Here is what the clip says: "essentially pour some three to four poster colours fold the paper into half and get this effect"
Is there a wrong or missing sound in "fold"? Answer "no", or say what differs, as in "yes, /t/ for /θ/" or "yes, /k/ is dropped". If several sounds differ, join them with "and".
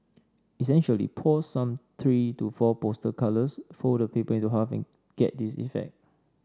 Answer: yes, /l/ is dropped